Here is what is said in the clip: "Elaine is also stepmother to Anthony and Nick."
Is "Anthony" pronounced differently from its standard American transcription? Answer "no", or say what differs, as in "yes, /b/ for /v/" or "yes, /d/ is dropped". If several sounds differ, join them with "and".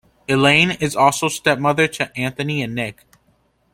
no